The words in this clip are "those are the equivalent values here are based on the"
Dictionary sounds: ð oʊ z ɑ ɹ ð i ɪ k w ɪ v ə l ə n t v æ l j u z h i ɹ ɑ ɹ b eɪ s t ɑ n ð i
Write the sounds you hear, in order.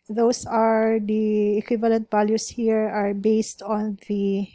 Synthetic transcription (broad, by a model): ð oʊ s ɑ ɹ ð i ɪ k w ɪ v ə l ə n t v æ l j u s h i ɹ ɑ ɹ b eɪ s t ɑ n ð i